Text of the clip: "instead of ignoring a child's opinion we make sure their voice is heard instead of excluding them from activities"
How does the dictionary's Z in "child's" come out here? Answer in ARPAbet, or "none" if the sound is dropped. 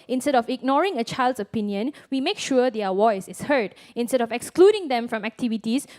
S